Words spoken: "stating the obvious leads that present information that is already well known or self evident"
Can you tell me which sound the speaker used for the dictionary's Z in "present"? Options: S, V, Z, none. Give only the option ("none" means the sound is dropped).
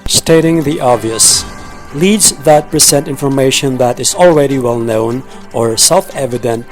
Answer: S